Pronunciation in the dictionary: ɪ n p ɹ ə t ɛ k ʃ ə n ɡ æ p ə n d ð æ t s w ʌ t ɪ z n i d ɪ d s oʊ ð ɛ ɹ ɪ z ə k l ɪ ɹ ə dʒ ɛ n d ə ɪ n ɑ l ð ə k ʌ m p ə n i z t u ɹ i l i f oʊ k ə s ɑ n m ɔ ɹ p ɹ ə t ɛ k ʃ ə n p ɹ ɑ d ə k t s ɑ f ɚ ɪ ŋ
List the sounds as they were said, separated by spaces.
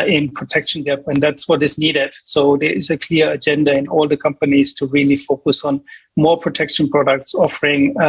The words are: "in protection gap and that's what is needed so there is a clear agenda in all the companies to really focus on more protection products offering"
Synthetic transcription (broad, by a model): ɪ n p ɹ ə t ɛ k ʃ ə n ɡ æ p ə n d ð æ t s w ʌ t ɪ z n i d ɪ d s oʊ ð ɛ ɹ ɪ z ə k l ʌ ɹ ə dʒ ɛ n d ə ɪ n ɑ l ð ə k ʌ m p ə n i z t u ɹ i l i f oʊ k ə s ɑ n m ɔ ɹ p ɹ ə t ɛ k ʃ ə n p ɹ ɑ d ə k t s ɑ f ɚ ɪ ŋ